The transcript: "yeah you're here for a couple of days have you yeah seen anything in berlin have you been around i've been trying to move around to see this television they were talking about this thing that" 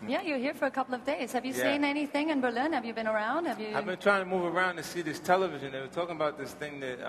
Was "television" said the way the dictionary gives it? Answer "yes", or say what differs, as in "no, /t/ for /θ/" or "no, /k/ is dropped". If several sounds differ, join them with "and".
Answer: yes